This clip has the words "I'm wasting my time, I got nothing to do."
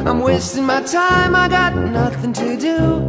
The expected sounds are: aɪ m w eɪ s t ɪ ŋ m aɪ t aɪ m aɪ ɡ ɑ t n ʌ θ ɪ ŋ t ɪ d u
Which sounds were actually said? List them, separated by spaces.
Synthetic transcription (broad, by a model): aɪ m w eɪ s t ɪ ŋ m aɪ t aɪ m aɪ ɡ ɑ t n ʌ θ ɪ ŋ t ɪ d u